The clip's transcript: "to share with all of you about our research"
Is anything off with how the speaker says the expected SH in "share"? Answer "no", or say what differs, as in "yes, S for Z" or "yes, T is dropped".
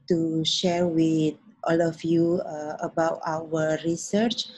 no